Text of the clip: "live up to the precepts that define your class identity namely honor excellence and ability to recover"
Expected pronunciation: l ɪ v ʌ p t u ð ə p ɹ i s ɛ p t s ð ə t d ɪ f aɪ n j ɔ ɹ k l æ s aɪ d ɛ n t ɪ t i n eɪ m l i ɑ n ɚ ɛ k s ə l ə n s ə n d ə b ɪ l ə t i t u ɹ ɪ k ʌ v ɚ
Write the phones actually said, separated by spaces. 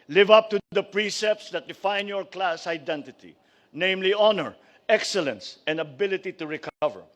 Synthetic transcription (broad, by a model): l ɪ v ʌ p t u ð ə p ɹ i s ɛ p t s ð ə t d ɪ f aɪ n j ɔ ɹ k l æ s aɪ d ɛ n t ɪ t i n eɪ m l i ɑ n ɚ ɛ k s ə l ə n s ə n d ə b ɪ l ə t i t u ɹ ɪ k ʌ v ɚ